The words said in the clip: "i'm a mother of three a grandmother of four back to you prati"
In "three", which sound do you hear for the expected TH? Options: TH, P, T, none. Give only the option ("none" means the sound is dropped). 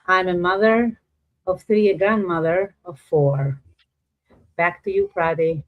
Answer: TH